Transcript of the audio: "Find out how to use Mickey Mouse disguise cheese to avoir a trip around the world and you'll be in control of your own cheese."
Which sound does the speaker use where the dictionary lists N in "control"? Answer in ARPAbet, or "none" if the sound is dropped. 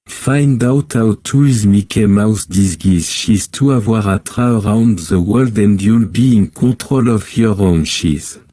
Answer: none